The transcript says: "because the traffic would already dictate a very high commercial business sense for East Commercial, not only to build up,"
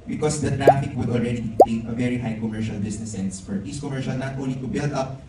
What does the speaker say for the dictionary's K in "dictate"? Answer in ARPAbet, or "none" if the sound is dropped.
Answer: none